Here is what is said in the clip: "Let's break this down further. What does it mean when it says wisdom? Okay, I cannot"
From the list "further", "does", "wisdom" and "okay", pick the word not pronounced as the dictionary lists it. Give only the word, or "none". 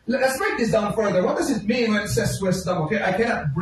wisdom